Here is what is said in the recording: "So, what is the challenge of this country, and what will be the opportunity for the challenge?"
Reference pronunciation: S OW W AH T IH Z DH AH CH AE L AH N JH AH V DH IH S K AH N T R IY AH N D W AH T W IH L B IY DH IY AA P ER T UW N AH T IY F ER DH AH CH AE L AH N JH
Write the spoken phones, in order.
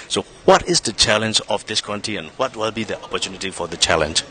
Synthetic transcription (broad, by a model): S OW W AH T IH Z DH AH CH AE L AH N JH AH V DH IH S K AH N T IY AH N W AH T W IH L B IY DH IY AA P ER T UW N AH T IY F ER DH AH CH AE L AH N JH